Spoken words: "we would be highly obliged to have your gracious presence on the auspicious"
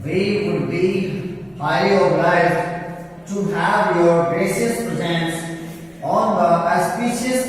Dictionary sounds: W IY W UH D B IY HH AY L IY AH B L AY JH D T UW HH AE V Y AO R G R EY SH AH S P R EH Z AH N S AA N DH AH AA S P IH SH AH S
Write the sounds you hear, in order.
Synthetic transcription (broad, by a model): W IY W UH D B IY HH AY IY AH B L AY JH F T UW HH AE V Y AO R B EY S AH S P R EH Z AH N S AA N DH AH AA S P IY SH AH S